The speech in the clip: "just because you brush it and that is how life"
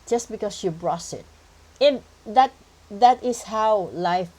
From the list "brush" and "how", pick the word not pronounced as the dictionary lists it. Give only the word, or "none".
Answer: brush